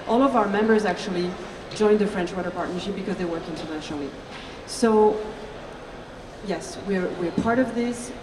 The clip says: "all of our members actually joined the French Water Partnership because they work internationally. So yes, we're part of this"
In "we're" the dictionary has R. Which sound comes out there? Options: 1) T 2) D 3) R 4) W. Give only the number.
3